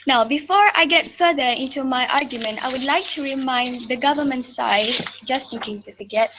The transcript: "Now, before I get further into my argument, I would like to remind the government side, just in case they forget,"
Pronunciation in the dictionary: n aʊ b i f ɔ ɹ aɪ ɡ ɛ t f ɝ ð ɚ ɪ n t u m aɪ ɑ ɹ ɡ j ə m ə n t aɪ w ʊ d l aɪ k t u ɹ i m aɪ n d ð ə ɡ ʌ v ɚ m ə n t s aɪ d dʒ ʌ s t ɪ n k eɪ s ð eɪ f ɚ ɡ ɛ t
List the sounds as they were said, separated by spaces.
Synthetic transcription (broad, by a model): n aʊ b i f ɔ ɹ aɪ ɡ ɛ t f ɝ ð ɚ ɪ n t u m aɪ ɑ ɹ ɡ j ə m ə n t aɪ w ʊ d l aɪ k t u ɹ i m aɪ n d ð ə ɡ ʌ v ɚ m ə n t s aɪ d dʒ ʌ s t ɪ n k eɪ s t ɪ f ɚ ɡ ɛ t